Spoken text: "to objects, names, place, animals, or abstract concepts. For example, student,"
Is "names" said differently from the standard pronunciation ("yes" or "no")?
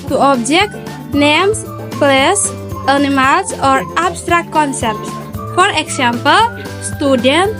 yes